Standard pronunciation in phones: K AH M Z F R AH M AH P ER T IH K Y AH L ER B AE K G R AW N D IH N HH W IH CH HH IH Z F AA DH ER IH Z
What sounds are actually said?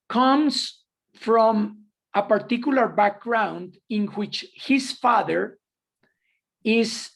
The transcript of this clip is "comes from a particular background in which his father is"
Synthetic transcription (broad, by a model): K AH M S F R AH M AH P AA T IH K Y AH L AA B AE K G R AW N D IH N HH W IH CH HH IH S F AA DH ER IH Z